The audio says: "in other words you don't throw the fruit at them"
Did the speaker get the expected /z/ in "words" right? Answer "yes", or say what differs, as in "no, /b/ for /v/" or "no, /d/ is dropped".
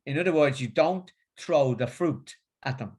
yes